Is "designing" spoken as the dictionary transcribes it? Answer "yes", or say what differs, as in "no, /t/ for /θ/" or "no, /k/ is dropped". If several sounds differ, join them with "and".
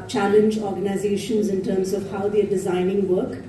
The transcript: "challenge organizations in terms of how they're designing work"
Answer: yes